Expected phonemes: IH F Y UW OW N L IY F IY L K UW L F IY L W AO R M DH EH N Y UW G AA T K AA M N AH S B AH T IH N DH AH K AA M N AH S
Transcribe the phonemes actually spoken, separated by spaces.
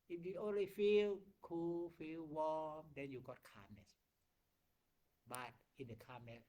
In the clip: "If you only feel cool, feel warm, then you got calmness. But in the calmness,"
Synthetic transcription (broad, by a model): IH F Y UW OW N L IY F IY L K UW L F IY L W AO M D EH N Y UW G AA T K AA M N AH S B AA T IH N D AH K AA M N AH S